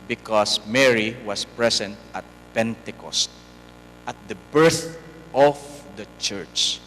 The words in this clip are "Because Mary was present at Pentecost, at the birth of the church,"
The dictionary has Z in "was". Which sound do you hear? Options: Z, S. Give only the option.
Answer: S